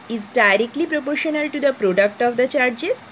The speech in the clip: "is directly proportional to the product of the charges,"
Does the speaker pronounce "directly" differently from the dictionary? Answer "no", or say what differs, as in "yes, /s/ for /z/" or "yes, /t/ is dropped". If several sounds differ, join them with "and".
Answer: no